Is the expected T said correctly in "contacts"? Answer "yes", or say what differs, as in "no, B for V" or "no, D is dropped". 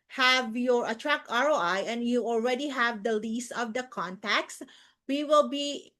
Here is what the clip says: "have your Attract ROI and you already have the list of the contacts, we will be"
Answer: yes